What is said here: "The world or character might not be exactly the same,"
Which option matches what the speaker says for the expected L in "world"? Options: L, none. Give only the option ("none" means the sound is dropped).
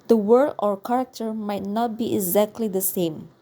none